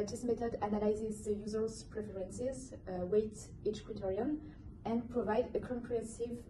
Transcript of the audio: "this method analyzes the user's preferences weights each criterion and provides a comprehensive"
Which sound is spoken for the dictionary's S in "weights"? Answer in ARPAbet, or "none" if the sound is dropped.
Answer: none